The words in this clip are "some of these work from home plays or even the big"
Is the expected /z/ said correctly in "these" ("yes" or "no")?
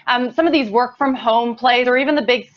yes